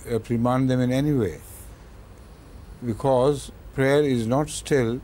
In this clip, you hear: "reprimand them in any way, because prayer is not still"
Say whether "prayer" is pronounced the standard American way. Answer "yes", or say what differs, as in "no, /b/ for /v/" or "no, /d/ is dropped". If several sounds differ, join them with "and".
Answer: yes